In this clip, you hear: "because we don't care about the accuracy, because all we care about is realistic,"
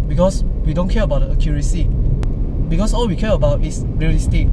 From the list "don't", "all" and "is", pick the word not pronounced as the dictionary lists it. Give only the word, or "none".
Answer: is